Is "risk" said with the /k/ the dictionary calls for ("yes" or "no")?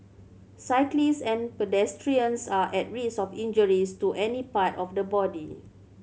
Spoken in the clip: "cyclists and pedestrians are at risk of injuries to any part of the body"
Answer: no